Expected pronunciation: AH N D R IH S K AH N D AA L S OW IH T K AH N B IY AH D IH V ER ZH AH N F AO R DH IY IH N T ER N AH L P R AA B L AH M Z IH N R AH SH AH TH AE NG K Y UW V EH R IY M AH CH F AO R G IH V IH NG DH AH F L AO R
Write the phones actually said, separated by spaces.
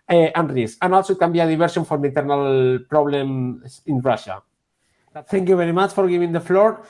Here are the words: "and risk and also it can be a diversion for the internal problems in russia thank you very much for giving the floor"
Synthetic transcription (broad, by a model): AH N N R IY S AH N AA L S OW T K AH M B IY AH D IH B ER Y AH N F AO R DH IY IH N T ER N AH L P R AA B L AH M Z IH N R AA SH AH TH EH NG K Y UW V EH R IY M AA CH F AO R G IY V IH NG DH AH F L AO R